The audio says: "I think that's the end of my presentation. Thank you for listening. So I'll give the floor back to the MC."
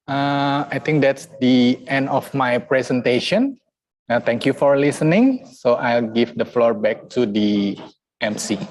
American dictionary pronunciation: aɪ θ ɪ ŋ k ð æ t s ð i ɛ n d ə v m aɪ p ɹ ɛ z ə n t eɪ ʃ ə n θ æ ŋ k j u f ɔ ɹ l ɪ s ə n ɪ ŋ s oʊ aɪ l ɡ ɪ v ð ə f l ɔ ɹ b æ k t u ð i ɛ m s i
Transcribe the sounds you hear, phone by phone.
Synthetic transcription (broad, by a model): aɪ t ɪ ŋ k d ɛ t s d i ɛ n d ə f m aɪ p ɹ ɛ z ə n t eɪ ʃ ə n t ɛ ŋ k j u f ɔ ɹ l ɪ s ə n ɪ ŋ s oʊ aɪ l ɡ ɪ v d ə f l ɔ ɹ b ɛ k t u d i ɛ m s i